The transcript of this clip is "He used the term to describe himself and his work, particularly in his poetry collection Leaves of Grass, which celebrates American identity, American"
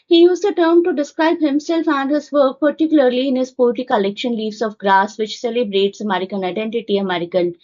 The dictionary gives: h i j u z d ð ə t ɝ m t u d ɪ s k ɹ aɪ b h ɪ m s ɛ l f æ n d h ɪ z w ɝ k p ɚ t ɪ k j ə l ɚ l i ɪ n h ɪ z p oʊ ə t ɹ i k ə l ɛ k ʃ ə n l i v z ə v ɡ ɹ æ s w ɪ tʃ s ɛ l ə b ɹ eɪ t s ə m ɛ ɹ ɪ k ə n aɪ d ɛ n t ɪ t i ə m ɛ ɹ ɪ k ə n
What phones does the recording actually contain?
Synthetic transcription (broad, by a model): h i j u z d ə t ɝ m t u d ɪ s k ɹ aɪ b h ɪ m s ɛ l f æ n d h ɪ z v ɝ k p ɚ t ɪ k j ə l ɚ l i ɪ n h ɪ z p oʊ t i k ə l ɛ k ʃ ə n l i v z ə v ɡ ɹ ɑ s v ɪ tʃ s ɛ l ə b ɹ eɪ t s ə m ɛ ɹ ɪ k ə n aɪ d ɛ n t ɪ t i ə m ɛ ɹ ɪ k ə n